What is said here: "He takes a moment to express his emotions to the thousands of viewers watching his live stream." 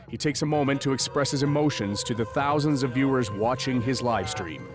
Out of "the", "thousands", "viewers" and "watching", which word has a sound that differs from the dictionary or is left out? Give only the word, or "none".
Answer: none